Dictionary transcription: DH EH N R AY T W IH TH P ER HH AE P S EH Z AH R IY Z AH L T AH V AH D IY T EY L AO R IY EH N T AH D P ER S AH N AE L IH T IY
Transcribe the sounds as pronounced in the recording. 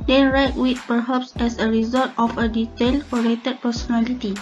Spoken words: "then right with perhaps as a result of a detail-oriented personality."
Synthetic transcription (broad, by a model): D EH N R AY T W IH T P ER HH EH P S EH S AH R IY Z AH L T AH F AH D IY T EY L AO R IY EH T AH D P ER S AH N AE L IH T IY